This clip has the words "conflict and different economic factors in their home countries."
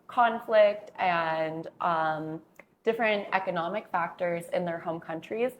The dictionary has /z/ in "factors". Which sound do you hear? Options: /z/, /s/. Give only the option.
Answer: /z/